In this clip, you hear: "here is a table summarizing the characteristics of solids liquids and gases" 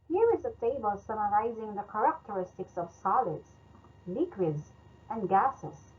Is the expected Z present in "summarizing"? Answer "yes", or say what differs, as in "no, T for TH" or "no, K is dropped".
yes